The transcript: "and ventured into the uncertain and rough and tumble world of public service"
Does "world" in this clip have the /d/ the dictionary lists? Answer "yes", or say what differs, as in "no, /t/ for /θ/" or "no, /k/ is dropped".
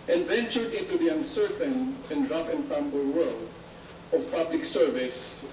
no, /d/ is dropped